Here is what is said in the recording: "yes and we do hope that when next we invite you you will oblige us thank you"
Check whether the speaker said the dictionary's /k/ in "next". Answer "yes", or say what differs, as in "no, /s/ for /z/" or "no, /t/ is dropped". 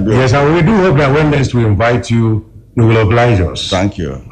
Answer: no, /k/ is dropped